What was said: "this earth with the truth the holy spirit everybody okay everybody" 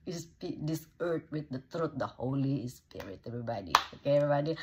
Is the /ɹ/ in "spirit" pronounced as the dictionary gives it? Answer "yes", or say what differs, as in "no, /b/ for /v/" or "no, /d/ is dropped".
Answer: no, /w/ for /ɹ/